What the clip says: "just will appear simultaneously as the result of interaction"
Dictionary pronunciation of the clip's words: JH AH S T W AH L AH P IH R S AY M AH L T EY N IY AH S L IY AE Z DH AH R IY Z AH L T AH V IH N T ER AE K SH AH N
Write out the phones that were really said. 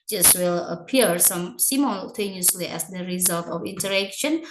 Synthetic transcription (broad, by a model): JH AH S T W AH L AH P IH R S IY M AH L T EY N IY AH S L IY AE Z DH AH R IY Z AH L T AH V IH N T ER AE K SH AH N